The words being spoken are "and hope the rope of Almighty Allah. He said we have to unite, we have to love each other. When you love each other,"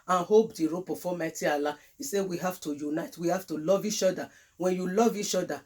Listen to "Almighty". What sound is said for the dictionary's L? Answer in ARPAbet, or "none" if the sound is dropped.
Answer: none